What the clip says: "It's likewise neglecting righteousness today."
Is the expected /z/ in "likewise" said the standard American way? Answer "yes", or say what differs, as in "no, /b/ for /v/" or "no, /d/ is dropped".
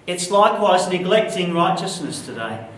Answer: yes